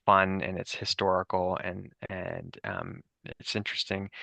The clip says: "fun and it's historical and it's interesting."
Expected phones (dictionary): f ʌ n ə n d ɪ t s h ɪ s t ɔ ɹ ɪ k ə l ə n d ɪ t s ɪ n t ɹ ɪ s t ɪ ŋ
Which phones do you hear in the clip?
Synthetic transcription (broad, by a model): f ʌ n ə n ɪ t s h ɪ s t ɔ ɹ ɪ k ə n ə n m ɪ t s ɪ n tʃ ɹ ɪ s t ɪ ŋ